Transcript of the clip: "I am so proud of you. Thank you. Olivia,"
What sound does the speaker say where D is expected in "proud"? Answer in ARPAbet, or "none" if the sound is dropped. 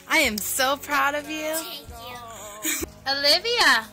D